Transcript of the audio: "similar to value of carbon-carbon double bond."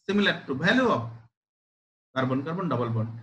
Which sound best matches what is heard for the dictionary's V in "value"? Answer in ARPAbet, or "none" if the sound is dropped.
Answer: B